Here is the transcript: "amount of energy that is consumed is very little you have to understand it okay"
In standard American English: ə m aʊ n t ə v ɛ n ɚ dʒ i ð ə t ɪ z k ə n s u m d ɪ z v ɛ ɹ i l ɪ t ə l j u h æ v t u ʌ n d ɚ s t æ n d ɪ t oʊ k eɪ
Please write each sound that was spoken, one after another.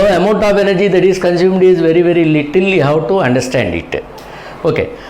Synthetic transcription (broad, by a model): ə m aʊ n t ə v ɛ n ɚ dʒ i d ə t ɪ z k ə n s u m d ɪ z v ɛ ɹ i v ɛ t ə l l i h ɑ w t u ʌ n d ɚ s t æ n d ɪ t oʊ k eɪ